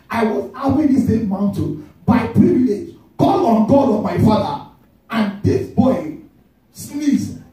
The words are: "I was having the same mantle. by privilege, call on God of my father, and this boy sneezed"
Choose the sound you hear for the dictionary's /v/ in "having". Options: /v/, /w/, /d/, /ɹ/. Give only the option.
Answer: /w/